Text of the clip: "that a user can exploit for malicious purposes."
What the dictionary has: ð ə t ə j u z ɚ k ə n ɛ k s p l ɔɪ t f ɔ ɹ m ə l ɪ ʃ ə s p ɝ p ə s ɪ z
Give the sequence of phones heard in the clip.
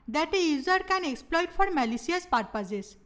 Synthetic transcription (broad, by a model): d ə t ə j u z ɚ k ə n ɛ k s p l ɔɪ t f ɔ ɹ m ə l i s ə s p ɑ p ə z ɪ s